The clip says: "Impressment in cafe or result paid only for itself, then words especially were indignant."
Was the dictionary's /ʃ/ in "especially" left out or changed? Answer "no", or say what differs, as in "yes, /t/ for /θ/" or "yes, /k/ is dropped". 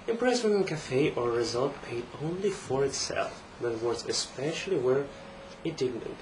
no